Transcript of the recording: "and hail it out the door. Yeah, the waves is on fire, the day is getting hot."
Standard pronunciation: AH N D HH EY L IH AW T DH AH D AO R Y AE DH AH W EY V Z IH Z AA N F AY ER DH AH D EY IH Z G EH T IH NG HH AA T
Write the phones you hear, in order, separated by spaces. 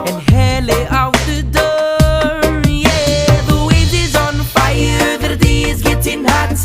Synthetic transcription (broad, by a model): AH N HH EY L IH AW T DH AH D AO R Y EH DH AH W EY Z IH Z AA N F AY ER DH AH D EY IH Z G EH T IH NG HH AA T